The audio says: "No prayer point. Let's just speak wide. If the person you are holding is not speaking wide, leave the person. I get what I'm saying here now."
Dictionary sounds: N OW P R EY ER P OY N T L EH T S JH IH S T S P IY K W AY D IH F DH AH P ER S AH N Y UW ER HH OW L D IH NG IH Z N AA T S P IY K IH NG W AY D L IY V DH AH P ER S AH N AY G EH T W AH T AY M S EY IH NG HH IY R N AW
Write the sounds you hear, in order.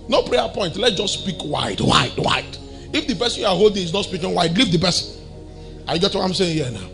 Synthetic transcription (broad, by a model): N OW P R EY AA P OY N T L EH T JH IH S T S P IY K W AY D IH F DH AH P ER S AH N Y UW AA HH OW L D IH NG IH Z N AA T S P IY K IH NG W AY D L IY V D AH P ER S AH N AY G EH T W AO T AY M S EY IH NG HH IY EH N AW